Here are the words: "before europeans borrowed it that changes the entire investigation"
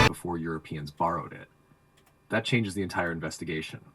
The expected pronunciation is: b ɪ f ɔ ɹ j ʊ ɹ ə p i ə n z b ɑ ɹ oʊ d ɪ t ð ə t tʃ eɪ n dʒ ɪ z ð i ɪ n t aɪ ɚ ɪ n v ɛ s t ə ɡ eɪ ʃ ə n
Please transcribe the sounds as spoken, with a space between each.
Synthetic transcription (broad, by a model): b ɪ f ɔ ɹ j ʊ ɹ ə p i ə n z b ɑ ɹ oʊ d ɪ t ð ə t tʃ eɪ n dʒ ɪ z ð i ɪ n t aɪ ɚ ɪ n v ɛ s t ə ɡ eɪ ʃ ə n